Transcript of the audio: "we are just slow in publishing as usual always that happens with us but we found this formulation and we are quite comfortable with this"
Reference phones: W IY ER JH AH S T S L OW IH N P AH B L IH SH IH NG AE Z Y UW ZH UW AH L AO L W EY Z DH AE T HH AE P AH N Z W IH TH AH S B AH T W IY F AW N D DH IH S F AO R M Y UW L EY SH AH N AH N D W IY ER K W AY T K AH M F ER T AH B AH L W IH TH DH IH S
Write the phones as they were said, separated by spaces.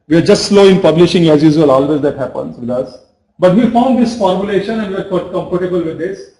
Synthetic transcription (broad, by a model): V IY ER JH AH S T S L OW IH N P AH B L IH SH IH NG AE Z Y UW Z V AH L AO L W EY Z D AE T HH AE P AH N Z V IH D AH S B AH T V IY F AW N D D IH S F AO R M Y UW L EY SH AH N AH N D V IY ER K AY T K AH M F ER T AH B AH L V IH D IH S